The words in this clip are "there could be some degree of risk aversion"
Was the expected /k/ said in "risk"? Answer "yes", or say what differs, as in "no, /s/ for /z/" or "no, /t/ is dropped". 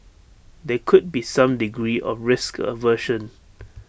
yes